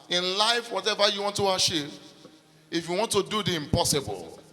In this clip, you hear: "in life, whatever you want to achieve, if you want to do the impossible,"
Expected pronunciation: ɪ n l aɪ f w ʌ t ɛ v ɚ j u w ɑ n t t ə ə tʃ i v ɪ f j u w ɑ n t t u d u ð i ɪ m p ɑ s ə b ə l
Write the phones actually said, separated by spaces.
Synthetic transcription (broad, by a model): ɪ n l aɪ f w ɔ t ɛ v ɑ j u w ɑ n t t ə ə ʃ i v ɪ f j u w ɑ n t t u d u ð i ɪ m p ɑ s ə b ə l